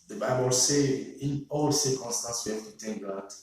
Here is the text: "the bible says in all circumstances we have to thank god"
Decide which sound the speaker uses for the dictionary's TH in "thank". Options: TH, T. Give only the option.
T